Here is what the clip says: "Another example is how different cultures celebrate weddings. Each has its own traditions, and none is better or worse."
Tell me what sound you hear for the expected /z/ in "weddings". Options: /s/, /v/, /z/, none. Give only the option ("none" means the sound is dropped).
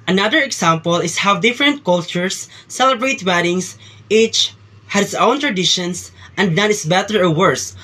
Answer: /s/